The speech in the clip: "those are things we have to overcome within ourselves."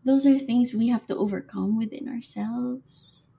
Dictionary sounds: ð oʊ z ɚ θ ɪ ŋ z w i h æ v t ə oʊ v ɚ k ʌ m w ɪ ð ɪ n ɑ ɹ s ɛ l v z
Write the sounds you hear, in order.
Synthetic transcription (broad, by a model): ð oʊ z ɚ θ ɪ ŋ z w i h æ f t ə oʊ v ɚ k ʌ m w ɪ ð ɪ n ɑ ɹ s ɛ l v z